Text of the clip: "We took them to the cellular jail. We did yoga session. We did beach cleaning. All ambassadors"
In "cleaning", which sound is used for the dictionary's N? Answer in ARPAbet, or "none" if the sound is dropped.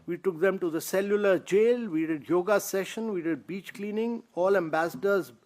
N